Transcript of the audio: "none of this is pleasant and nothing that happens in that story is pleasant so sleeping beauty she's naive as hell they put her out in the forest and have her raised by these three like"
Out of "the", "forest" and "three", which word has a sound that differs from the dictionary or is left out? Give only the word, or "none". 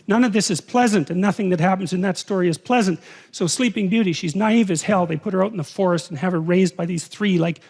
none